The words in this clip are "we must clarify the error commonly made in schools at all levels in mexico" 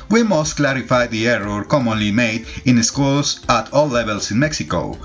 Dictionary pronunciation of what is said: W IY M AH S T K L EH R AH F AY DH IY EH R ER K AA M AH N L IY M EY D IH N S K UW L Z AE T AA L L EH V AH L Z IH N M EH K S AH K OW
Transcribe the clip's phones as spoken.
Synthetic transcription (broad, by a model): W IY M AH S T K L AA R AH F AY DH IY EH R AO K AA M AH N L IY M EY D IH N S K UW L S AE T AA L L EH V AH L S IH N M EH K S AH K OW